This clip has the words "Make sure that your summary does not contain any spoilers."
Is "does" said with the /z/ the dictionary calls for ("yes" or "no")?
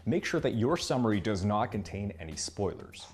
yes